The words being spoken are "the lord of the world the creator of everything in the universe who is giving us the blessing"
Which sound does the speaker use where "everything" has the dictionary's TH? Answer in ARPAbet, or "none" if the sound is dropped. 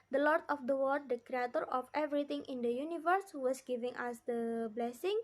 T